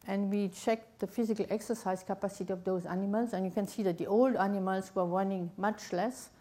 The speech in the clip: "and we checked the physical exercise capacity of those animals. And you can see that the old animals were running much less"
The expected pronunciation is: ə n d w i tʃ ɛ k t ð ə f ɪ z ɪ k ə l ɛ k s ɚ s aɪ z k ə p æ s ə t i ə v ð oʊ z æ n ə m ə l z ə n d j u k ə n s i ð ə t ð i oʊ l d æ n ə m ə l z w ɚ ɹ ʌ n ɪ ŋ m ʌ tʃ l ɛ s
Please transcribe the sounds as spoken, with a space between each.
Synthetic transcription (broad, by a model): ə n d w i tʃ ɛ k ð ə f ɪ z ɪ k ə l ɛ k s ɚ s aɪ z k ə p æ s ə t i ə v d oʊ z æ n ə m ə l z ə n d j u k ə n s i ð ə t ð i oʊ l d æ n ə m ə l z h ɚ w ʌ n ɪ ŋ m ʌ tʃ l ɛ s